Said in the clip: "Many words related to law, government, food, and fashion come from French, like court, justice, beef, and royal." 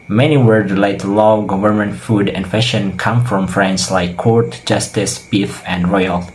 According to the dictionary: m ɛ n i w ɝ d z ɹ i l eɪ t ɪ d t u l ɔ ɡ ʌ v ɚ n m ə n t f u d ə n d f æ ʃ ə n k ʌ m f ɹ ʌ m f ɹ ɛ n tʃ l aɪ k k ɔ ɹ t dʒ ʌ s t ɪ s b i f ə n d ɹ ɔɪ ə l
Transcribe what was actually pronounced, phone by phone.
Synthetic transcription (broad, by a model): m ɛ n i w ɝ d ɹ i l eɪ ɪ t u l ɔ ɡ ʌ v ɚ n m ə n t f u d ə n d f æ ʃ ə n k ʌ m f ɹ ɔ m f ɹ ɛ n s l aɪ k k ɔ ɹ t dʒ ʌ s t ɪ s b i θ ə n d ɹ ɔɪ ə l